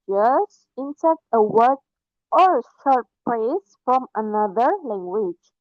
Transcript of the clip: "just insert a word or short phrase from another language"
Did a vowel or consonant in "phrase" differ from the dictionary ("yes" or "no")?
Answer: yes